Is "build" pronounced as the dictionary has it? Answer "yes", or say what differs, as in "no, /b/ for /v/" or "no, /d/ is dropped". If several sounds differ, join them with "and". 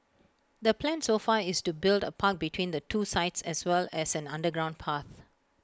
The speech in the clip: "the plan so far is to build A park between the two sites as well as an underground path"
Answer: yes